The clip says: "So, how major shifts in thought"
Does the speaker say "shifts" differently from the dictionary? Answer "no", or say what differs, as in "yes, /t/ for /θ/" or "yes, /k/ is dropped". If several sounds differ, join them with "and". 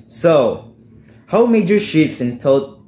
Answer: yes, /f/ is dropped